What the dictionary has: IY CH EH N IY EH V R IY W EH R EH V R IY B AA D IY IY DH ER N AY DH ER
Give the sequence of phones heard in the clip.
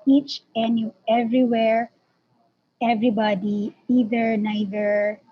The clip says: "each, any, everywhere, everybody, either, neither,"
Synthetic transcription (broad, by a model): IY CH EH N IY EH V R IY W EH R EH V R IY B AA D IY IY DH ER N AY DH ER